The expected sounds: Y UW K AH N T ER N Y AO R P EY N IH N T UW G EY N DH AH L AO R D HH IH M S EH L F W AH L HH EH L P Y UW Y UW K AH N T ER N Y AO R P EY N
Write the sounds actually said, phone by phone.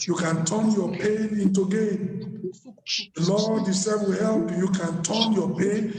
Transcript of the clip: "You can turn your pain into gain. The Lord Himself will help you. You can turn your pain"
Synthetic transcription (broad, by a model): Y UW K AH N T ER N Y AO P EY N IH N T UW G EY N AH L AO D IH S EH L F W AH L HH EH L P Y Y UW K AH N T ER N Y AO P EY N